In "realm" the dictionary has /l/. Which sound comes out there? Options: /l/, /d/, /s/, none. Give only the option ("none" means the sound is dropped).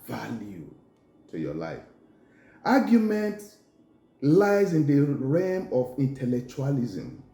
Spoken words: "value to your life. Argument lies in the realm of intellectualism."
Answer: none